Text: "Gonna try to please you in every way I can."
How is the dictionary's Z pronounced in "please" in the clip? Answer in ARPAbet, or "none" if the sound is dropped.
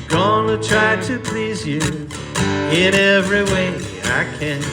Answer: Z